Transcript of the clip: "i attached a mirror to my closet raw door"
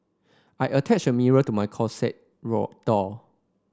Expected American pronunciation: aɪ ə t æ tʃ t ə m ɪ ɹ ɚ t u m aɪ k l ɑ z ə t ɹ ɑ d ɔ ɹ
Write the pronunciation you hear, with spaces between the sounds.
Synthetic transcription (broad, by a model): aɪ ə t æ tʃ ə m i ɹ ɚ t u m aɪ k ɑ s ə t ɹ ɑ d ɔ